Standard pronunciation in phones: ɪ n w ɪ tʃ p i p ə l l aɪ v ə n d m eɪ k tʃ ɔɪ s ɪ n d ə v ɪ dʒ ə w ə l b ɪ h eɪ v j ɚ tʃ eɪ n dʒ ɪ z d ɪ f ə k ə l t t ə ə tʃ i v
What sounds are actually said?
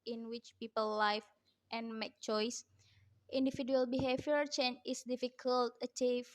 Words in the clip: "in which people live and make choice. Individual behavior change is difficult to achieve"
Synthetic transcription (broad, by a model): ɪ n w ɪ tʃ p i p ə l l aɪ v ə n m eɪ k tʃ ɔɪ s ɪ n d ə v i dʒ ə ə l b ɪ h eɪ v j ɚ tʃ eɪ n ɪ s d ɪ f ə k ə l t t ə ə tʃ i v